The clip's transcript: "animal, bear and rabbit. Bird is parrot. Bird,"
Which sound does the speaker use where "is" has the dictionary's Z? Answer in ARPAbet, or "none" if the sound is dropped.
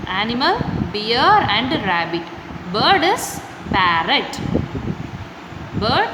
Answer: S